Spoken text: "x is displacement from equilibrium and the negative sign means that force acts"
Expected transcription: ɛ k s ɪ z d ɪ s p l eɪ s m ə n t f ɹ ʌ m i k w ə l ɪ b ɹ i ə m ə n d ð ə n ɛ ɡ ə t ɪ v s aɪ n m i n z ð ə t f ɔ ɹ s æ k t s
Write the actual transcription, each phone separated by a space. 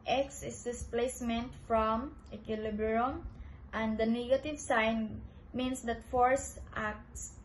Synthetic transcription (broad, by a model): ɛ k s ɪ s d ɪ s p l eɪ s m ə n t f ɹ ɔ m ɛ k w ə l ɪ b ɹ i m ə n d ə n ɛ ɡ ə t ɪ v s aɪ n m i n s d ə t f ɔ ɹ s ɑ k t s